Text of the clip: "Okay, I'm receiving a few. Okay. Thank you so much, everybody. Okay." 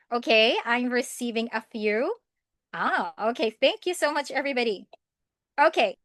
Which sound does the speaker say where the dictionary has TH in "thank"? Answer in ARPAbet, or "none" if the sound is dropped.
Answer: TH